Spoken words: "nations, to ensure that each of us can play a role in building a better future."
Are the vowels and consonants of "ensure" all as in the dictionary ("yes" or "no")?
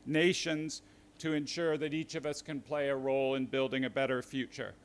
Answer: yes